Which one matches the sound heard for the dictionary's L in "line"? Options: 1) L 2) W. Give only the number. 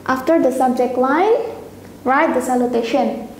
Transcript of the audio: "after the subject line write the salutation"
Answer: 2